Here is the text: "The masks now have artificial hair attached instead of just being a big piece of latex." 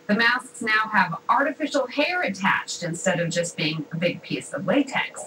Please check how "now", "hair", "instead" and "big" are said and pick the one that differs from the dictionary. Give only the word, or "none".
none